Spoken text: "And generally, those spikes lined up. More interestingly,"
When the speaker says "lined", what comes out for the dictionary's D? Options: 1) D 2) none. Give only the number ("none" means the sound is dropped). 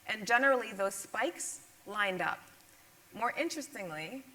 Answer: 1